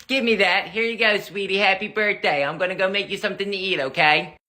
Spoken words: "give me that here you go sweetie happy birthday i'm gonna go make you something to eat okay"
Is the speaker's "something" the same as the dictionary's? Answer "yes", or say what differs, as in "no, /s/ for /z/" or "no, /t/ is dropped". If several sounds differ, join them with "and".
yes